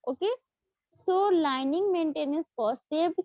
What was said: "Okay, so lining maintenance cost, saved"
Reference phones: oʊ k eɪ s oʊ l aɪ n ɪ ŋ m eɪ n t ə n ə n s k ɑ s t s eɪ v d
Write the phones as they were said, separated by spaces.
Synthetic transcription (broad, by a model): oʊ k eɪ s oʊ l aɪ n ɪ ŋ m eɪ n t ə n ə n s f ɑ t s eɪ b